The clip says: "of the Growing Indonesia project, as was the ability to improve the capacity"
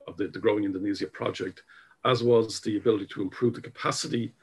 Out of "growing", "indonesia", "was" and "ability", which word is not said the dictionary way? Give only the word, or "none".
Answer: indonesia